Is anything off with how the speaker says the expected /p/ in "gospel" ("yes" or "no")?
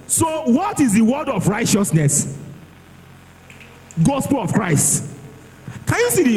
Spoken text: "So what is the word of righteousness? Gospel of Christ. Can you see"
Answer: no